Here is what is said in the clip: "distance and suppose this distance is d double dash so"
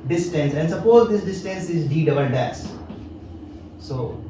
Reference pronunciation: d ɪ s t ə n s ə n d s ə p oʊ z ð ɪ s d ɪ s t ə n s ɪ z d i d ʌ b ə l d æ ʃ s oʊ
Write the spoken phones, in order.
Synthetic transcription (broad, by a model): d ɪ s t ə n s ə n d s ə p oʊ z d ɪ s d ɪ s t ə n s ɪ z d i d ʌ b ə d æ s s oʊ